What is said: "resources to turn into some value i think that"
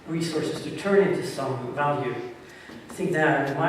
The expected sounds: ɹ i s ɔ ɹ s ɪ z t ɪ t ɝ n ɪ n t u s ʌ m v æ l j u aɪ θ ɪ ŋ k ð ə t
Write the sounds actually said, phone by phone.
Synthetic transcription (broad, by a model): ɹ i s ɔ ɹ s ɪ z t ɪ t ɝ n ɪ n t u s ʌ m v æ l j u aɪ θ ɪ ŋ k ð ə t